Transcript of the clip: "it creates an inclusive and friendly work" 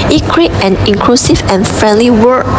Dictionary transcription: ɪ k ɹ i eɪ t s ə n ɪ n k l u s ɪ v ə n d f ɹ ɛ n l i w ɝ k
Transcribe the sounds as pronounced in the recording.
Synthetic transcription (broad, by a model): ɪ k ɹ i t ə n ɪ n k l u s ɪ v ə n f ɹ ɛ n l i w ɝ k